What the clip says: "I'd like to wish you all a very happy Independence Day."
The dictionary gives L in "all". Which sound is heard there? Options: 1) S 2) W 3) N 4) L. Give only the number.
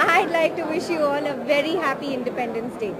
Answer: 3